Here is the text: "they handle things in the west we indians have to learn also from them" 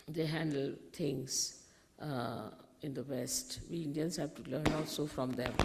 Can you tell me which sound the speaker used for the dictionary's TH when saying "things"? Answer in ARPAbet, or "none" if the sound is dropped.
T